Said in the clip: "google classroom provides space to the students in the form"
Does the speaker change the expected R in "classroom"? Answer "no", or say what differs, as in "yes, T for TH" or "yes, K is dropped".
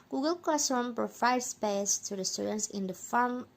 yes, R is dropped